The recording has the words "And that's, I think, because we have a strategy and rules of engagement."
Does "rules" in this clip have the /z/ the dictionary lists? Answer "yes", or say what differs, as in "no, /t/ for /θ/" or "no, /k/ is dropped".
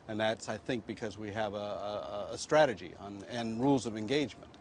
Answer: yes